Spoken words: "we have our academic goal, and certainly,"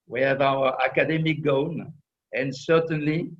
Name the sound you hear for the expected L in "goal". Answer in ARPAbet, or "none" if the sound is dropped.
N